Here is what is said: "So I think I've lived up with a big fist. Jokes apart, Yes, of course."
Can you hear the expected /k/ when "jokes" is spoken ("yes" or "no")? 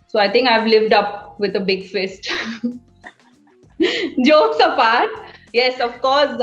no